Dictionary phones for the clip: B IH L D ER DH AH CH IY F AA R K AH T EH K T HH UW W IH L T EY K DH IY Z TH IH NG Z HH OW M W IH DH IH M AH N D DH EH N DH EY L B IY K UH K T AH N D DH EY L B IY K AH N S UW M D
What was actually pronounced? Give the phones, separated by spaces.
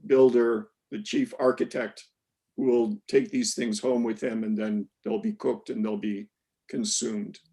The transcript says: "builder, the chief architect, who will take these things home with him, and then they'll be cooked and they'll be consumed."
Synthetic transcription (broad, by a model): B IH L D ER DH AH CH IY F AA R K AH T EH K T HH UW W IH L T EY K DH IY Z TH IH NG Z HH OW M W IH DH IH M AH N DH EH N DH EY L B IY K UH K T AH N DH EY L B IY K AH N S UW M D